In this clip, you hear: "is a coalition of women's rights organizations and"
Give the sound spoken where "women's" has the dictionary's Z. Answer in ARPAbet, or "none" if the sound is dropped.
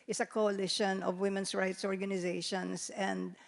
S